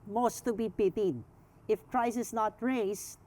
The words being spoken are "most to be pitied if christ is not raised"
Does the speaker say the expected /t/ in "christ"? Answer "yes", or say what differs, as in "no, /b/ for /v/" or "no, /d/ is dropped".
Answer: no, /t/ is dropped